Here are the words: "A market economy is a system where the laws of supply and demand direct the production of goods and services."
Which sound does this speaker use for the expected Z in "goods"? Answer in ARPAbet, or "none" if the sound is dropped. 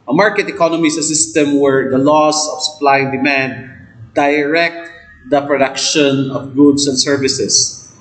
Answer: S